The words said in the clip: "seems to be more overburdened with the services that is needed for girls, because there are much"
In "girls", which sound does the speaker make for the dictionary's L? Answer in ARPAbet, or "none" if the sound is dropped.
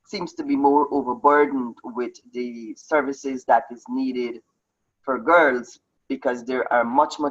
L